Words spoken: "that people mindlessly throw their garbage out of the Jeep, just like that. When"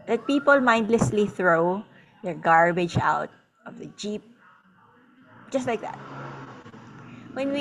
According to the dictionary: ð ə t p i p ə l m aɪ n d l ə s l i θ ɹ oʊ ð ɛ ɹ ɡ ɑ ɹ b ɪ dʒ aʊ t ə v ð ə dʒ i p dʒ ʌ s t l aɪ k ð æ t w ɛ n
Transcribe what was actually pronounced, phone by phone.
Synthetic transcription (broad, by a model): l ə t p i p ə l m aɪ n d l ə s l i θ ɹ oʊ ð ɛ ɹ ɡ ɑ ɹ b ɪ dʒ aʊ t ə v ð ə dʒ i p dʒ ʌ s t l aɪ k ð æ t w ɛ n